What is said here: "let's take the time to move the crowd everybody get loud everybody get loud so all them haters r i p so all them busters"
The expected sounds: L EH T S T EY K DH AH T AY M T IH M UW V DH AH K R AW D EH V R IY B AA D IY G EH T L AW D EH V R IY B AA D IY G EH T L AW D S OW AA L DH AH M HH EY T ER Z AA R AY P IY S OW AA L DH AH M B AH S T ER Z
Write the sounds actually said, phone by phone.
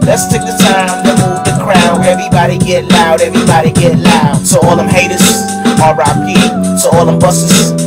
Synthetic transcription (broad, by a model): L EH T S T EY K DH AH T AY M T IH M UW V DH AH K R AW EH V R IY B AA D IY G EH T L AW D EH V R IY B AA D IY G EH T L AW D S OW AA L DH AH M HH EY T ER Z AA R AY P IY S OW AA L DH AH M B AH S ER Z